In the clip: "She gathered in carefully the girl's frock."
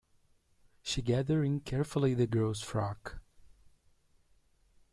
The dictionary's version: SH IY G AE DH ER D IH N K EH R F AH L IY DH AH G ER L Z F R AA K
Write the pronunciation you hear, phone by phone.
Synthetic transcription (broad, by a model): SH IY G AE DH ER IH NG K EH R F AH L IY DH AH G ER L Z F R AA K